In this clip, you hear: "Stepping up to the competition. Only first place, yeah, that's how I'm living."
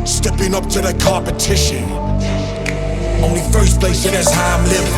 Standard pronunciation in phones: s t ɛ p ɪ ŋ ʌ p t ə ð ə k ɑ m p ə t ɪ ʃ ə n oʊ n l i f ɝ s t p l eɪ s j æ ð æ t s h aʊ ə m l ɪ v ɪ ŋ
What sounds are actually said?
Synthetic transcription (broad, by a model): s t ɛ p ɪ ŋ ʌ p t ə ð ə k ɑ p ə t ɪ ʃ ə n oʊ n l i f ɝ s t p l eɪ s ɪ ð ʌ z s h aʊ ə m l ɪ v